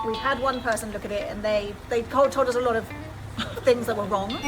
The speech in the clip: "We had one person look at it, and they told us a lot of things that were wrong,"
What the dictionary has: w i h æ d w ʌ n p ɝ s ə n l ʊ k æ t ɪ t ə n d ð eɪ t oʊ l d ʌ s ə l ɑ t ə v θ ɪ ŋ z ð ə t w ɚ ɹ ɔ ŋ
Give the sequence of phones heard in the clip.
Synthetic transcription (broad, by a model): w i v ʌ d w ʌ n p ɝ s ə n l ʊ k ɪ t ɪ t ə n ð ð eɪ t oʊ l d ʌ s ə l ɑ t ə v θ ɪ ŋ z ð ə t w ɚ ɹ ɔ ŋ